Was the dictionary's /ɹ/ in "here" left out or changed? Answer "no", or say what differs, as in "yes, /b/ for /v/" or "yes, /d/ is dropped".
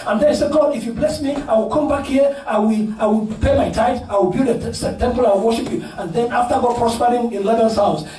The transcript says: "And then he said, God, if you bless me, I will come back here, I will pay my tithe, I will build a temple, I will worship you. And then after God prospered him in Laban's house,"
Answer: yes, /l/ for /ɹ/